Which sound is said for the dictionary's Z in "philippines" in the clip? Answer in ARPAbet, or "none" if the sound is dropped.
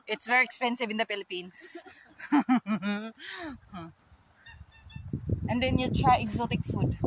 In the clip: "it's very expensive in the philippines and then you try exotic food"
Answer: S